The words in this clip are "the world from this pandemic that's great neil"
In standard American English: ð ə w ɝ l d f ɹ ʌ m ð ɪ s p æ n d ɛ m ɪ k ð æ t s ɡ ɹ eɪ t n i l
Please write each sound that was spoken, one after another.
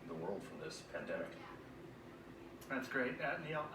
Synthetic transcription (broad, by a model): ð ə w ɝ l d f ɹ ʌ m ð ɪ s p æ n d ɛ m ɪ k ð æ t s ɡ ɹ eɪ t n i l